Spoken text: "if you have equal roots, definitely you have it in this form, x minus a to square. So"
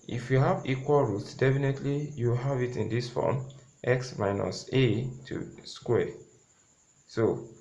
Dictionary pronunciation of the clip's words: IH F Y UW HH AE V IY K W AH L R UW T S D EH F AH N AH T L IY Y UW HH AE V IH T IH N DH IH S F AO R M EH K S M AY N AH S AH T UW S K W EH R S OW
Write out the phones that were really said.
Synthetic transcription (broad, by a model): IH F Y UW HH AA V IY K W AH L R UW T S D EH F AH N AH T L IY Y UW HH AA V IH T IH N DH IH S F AO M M EH K S M AY N AH S AH T UW S K W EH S OW